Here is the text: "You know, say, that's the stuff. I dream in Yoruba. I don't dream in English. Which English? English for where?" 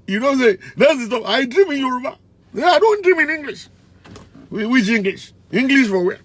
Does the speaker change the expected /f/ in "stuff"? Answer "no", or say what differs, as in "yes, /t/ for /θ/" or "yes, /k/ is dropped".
yes, /f/ is dropped